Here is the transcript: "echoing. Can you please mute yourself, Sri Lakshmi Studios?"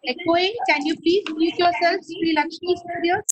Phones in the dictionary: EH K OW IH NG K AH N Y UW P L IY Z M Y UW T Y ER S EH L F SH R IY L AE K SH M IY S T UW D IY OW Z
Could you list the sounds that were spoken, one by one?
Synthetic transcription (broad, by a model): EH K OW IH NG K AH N Y UW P IY S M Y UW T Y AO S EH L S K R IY L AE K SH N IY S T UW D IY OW